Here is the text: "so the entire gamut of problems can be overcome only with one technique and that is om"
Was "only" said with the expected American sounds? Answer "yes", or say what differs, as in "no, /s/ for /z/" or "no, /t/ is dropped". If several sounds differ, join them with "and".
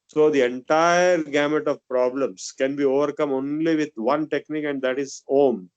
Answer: yes